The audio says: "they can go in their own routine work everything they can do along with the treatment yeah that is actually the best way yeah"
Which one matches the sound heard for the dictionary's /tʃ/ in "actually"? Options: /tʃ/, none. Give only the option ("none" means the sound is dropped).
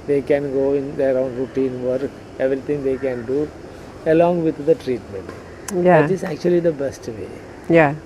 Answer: /tʃ/